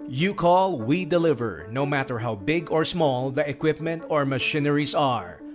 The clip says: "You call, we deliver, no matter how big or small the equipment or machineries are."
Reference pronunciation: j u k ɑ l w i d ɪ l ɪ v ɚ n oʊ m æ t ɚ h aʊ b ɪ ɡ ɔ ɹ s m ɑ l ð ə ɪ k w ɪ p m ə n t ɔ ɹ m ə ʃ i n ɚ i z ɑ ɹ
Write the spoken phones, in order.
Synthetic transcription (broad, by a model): j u k ɑ l w i d ɪ l ɪ v ɚ n oʊ m æ t ɚ h aʊ b ɪ ɡ ɔ ɹ s m ɑ l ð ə ɪ k w ɪ p m ə n t ɔ ɹ m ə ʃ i n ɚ i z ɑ ɹ